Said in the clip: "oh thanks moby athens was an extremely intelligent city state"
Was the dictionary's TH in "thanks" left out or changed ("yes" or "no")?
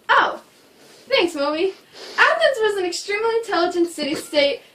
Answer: no